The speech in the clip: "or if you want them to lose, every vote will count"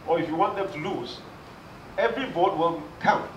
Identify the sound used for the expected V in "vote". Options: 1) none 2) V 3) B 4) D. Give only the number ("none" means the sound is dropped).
3